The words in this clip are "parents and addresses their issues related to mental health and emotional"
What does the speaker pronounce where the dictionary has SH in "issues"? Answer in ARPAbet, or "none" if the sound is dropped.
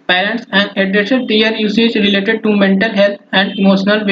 S